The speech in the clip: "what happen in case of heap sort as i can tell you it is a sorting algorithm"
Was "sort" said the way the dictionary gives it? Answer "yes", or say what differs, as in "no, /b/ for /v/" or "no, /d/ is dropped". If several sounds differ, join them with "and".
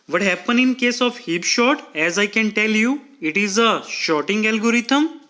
no, /ʃ/ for /s/